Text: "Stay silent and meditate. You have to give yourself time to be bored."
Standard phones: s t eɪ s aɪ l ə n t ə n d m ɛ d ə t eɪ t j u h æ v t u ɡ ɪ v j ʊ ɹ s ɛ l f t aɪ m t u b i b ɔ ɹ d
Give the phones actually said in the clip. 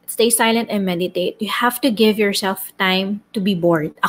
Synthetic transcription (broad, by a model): s t eɪ s aɪ l ə n t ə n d m ɛ d ə t eɪ t j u h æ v t u ɡ ɪ v j ʊ ɹ s ɛ l f t aɪ m t u b i b ɔ ɹ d